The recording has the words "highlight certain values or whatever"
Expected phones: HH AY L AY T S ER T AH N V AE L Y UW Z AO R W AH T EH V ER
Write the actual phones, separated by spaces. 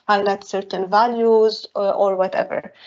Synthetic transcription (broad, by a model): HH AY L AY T S ER T AH N V AE L Y UW Z AO R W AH T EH V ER